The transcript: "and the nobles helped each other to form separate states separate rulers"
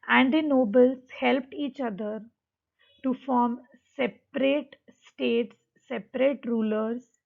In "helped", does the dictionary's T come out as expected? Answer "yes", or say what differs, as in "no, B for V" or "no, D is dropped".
yes